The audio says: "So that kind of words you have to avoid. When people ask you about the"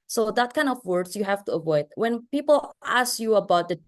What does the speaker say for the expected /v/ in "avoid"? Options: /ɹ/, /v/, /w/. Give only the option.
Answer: /v/